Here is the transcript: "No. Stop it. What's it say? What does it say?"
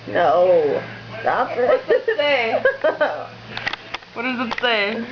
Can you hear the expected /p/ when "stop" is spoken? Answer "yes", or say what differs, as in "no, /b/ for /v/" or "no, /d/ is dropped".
no, /f/ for /p/